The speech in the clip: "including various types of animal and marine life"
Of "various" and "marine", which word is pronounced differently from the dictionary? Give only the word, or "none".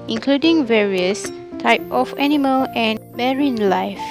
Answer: none